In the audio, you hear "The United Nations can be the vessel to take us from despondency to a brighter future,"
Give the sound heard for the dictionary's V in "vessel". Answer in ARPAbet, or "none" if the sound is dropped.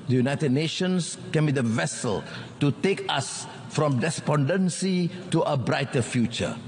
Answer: V